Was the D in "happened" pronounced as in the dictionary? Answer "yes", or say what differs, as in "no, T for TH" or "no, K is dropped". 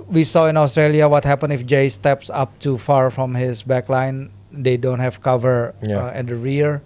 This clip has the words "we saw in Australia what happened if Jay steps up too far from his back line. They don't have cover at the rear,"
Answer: no, D is dropped